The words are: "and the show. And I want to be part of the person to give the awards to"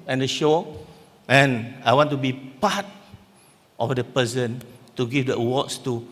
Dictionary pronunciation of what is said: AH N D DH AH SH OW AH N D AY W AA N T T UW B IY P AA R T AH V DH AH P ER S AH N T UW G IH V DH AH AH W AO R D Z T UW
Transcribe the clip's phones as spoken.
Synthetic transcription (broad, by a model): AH N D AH SH OW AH N AY W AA N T T UW B IY P AA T T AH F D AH P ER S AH N T UW G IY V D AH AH W AO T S T UW